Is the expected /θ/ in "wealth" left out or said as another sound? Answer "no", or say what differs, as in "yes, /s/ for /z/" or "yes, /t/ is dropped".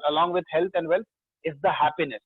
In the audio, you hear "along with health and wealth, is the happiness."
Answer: yes, /t/ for /θ/